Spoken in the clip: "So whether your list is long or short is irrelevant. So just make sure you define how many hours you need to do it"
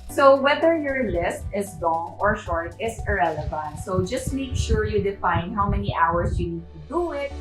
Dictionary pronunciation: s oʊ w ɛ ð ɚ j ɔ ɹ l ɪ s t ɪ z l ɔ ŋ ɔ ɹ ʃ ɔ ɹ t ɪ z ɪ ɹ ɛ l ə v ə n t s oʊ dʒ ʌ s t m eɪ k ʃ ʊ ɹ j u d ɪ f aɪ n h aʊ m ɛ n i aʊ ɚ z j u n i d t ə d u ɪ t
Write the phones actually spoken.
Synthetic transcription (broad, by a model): s oʊ w ɛ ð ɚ j ɔ ɹ l ɪ s t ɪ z l ɔ ŋ ɔ ɹ ʃ ɔ ɹ t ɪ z ɪ ɹ ɛ l ə v ə n t s oʊ dʒ ʌ s t m eɪ k ʃ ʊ ɹ j u d ɪ f aɪ n h aʊ m ɛ n i aʊ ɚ s j u n i d t ə d u ɪ t